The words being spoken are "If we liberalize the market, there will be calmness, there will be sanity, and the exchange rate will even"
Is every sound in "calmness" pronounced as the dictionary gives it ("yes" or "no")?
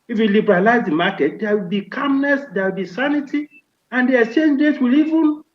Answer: yes